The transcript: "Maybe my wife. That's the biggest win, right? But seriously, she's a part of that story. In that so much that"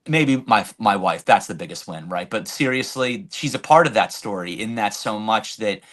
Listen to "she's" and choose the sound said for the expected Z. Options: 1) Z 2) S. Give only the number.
1